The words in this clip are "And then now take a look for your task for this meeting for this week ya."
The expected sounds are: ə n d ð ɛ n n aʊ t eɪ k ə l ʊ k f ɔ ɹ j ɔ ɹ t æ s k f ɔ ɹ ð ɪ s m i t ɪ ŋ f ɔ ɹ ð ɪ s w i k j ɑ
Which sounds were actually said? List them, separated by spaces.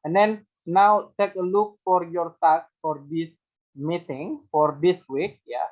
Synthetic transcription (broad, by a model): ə n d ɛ n n aʊ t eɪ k ə l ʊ k f ɔ ɹ j ɔ ɹ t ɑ k f ɔ ɹ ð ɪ s m i t ɪ ŋ f ɔ ɹ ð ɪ s w i k j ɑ